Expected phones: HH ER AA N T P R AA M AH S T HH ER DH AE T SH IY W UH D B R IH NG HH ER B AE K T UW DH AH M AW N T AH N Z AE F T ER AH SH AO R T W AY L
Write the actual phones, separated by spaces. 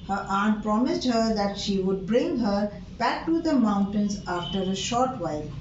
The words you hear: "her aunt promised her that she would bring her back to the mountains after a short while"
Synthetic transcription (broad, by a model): HH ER AA N T P R AA M AH S T HH ER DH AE T SH IY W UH D B R IH NG HH ER B AE K T UW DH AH M AW N T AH N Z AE F T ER AH SH AO R T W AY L